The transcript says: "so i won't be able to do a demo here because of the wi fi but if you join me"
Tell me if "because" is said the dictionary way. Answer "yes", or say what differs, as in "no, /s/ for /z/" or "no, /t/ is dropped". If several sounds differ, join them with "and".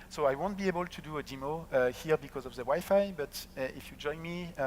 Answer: yes